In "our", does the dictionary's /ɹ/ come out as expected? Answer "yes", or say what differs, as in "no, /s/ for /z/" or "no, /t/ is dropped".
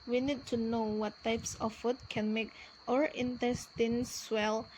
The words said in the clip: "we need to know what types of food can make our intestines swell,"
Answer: yes